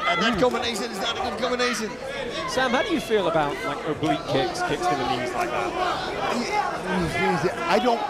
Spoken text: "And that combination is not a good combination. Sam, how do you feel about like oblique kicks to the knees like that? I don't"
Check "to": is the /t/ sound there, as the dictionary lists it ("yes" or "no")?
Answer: no